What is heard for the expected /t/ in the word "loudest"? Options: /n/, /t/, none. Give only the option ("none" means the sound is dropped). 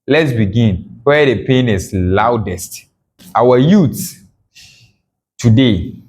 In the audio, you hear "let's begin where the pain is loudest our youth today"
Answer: /t/